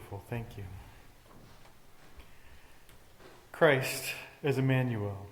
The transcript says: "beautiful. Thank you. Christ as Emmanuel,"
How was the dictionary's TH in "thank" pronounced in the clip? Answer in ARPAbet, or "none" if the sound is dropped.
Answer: TH